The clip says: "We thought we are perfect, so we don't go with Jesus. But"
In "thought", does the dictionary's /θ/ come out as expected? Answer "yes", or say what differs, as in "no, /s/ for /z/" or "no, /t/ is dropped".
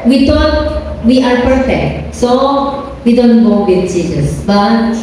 no, /t/ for /θ/